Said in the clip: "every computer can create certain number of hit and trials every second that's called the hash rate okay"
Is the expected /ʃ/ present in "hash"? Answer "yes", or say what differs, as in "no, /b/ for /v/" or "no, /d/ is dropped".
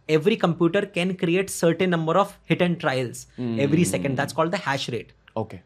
yes